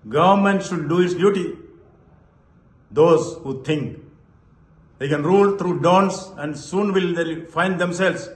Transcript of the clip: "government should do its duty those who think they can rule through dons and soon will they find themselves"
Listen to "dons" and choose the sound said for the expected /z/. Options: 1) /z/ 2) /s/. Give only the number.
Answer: 2